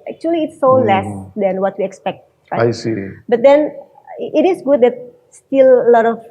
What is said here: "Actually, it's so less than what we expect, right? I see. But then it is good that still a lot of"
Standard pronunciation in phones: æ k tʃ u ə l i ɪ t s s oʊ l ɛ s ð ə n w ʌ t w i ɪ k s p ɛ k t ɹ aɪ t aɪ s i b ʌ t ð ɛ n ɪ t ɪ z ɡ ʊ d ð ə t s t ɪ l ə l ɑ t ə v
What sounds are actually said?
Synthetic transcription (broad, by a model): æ k tʃ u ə l i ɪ t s s oʊ l ɛ s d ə n w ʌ t w i ɪ k s p ɛ k t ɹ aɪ aɪ s i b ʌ t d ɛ n ɪ t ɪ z ɡ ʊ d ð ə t s t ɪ l ə l ɑ t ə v